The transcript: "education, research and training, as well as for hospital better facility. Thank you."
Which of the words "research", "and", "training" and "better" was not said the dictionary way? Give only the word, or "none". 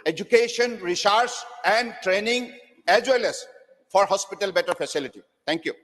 research